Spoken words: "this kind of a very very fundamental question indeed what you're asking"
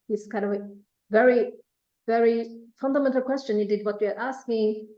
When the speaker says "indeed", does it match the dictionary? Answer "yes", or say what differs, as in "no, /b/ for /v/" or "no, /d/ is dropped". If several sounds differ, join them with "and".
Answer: no, /n/ is dropped